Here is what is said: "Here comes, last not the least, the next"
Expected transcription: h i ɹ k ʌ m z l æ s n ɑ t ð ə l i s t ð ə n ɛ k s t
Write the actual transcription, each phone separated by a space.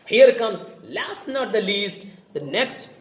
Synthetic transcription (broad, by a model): h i ɹ k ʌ m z l æ s n ɑ t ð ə l i s t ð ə n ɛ k s t